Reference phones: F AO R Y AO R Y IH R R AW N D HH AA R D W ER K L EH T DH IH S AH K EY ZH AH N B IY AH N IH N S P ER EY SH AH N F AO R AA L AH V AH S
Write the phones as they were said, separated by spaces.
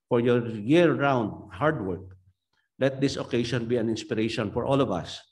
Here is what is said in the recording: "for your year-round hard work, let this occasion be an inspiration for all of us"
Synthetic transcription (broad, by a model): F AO R Y AO R Y IH R R AW N D HH AA R D W ER K L EH T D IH S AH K EY SH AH N B IY AH N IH N S P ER EY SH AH N F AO R AA L AH V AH S